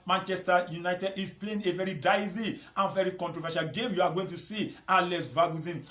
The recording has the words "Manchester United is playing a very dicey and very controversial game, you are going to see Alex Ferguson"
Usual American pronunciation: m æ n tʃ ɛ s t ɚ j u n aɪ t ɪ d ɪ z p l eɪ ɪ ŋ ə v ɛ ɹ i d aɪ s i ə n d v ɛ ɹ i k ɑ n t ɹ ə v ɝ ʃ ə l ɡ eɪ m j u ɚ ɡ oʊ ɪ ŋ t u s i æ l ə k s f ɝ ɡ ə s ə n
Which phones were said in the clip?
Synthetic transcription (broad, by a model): m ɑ n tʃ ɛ s t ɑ j u n aɪ t ɪ d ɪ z p l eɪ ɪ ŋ ə v ɛ ɹ i d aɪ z i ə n v ɛ ɹ i k ɑ n t ɹ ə v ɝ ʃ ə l ɡ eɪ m j u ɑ ɡ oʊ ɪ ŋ t u s i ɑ l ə s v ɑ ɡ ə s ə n